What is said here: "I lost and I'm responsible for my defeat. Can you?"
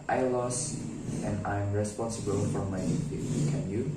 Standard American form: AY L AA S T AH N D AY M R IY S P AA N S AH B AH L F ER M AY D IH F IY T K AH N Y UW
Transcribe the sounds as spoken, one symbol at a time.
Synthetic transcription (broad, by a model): AY L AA S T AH N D AY M R IY S P AA N S AH B AH L F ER M AY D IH IY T K AH N Y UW